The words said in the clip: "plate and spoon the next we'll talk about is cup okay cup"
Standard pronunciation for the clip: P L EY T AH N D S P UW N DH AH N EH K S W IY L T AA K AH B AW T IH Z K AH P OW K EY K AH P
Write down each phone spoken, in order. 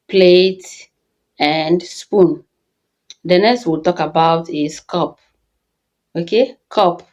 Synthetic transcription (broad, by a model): P L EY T AH N D S P UW N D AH N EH S W IY L T AA K AH B AW T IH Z K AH P OW K EY K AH P